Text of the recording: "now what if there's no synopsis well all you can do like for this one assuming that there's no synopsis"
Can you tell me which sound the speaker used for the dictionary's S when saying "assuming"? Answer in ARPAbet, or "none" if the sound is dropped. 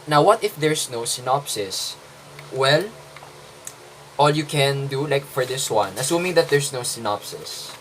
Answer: S